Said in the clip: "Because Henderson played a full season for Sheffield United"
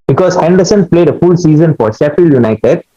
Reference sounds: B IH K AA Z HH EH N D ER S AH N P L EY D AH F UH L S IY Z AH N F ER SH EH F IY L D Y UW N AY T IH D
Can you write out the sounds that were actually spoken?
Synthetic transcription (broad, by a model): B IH K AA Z HH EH N D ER S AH N P L EY D AH F UH L S IY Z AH N F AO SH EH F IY L Y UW N AY T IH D